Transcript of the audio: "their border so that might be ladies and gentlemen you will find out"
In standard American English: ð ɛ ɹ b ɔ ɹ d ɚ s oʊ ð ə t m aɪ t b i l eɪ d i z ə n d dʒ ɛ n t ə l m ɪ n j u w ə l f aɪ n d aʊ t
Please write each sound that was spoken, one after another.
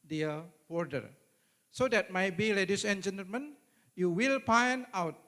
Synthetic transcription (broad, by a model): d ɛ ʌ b ɔ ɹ d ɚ s oʊ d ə t m aɪ t b i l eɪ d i s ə n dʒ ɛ n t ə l m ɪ n j u w ə l p aɪ n aʊ t